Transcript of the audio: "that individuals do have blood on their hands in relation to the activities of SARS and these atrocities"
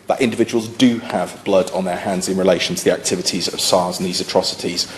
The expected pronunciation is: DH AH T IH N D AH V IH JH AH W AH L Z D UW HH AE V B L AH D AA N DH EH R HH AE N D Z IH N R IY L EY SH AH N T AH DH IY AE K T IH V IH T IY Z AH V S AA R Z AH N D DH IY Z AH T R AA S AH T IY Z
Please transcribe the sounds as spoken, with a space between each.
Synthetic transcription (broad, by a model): DH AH T IH N D AH V IH JH AH W AH L Z D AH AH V B L AH D N DH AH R HH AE N D Z IH N R IY L EY SH AH N T AH DH IY AE K T IH V IH T IY Z AH V S AA Z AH N DH IY Z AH T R AA S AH T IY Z